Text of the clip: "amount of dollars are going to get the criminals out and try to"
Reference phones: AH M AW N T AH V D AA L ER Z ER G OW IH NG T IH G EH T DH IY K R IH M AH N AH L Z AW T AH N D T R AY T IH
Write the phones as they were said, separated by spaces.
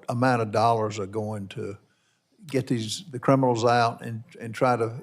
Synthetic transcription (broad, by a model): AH M AW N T AH V D AA L ER Z ER G OW IH NG T IH G EH T DH IY K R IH M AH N L Z AW T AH N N T R AY T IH